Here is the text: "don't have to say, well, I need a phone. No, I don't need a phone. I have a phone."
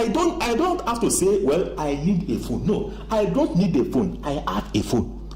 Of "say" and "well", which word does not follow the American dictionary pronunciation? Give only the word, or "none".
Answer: none